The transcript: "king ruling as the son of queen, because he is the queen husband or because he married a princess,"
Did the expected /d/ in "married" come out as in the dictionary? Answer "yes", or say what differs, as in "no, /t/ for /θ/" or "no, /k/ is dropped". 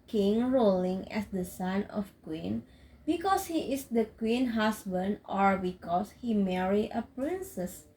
no, /d/ is dropped